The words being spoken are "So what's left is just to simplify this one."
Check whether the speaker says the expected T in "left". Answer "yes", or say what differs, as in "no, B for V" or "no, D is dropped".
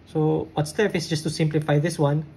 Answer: no, T is dropped